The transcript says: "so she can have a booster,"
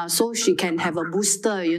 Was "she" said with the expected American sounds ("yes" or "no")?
yes